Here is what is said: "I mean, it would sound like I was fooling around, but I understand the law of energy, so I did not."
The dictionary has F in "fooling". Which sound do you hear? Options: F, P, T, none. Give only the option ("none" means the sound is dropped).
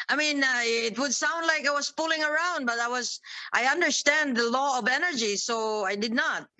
P